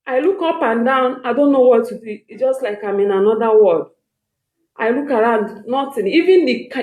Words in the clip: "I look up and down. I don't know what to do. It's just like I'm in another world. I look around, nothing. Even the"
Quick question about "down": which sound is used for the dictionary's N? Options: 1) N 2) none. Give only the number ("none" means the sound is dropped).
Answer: 1